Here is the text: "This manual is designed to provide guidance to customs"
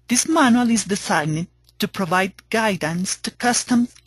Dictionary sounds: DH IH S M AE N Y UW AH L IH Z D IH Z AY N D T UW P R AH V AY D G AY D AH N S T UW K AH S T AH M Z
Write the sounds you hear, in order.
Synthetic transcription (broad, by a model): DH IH S M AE N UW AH L IH Z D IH S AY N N T UW P R AH V AY D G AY D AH N S T UW K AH S T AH M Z